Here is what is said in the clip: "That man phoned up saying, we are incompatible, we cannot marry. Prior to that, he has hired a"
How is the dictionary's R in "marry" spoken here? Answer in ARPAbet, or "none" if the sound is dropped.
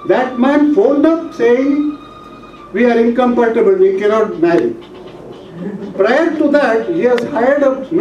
none